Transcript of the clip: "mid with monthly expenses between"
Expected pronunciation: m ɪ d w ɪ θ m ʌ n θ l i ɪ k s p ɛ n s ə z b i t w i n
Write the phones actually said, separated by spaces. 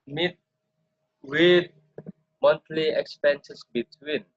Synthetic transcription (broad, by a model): m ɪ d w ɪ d m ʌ n t l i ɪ k s p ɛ n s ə s b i t w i n